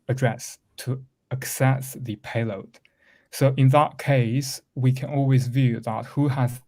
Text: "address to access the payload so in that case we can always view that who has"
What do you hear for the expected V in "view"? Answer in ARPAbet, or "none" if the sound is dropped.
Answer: V